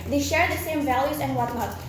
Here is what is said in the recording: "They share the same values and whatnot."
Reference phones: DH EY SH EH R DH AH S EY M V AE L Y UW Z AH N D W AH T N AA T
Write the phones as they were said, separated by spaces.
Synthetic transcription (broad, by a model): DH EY SH EH R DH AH S EY M V AE L Y UW Z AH N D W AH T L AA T